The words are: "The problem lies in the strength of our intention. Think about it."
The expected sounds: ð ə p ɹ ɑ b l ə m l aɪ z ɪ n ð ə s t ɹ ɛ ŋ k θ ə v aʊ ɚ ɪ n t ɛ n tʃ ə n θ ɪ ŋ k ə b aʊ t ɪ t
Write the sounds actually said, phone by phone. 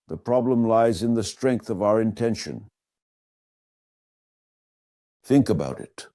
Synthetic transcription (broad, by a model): ð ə p ɹ ɑ b l ə m l aɪ z ɪ n ð ə s t ɹ ɛ ŋ k θ ə v aʊ ɚ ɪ n t ɛ n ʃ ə n θ ɪ ŋ k ə b aʊ t ɪ t